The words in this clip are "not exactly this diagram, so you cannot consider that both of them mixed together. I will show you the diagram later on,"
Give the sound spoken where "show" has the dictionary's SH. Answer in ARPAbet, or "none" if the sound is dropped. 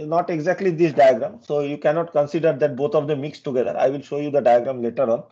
SH